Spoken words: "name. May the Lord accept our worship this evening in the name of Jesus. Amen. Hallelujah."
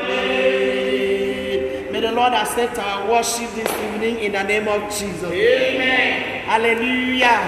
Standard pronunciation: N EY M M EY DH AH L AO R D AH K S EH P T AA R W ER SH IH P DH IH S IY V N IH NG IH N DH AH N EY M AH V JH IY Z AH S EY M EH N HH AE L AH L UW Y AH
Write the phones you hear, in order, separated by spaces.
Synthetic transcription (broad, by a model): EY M M EY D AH L AO D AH S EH T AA W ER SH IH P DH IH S IY V N IH NG IH N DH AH N EY M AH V JH IY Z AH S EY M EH HH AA L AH L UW Y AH